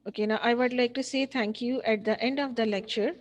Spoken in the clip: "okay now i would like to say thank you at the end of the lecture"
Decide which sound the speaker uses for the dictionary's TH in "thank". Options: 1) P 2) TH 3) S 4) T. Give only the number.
4